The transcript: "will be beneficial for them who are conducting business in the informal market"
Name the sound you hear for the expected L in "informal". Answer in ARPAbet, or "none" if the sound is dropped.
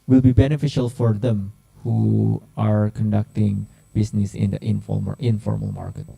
L